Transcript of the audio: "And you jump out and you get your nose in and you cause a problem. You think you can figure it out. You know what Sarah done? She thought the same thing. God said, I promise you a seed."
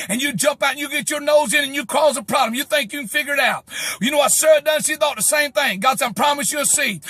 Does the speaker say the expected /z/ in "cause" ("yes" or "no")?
yes